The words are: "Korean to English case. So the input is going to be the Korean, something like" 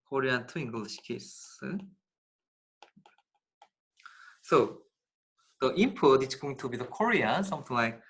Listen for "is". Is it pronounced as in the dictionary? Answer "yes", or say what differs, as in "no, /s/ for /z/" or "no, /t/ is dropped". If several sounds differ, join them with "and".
no, /s/ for /z/